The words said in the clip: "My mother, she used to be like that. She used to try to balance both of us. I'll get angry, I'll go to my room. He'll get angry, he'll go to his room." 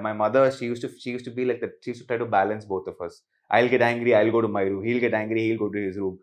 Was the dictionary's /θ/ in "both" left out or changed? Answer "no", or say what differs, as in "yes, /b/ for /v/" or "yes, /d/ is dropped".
yes, /t/ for /θ/